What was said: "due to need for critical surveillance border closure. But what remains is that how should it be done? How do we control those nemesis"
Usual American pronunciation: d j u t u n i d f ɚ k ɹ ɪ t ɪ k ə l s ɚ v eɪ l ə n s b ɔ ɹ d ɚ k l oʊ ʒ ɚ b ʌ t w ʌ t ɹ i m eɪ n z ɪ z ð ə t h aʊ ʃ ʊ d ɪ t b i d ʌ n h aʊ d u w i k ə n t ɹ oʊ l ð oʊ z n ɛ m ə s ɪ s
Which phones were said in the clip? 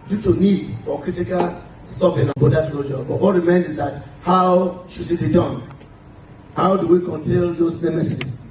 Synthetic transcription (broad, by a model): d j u t u n i d f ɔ k ɹ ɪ t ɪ k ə l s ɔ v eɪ n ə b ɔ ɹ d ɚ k l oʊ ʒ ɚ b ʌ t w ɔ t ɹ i m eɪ n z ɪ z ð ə t h aʊ ʃ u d ɪ t b i d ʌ n h aʊ d u w i k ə n t ɛ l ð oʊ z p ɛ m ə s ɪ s